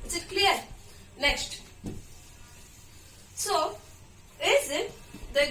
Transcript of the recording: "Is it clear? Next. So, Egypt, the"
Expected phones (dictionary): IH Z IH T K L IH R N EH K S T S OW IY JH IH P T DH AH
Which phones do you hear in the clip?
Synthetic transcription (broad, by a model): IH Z IH T K L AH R N EH K S T S OW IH Z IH T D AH